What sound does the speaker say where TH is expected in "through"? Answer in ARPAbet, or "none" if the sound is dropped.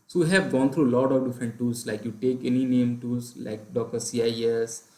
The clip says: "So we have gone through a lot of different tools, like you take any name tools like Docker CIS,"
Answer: T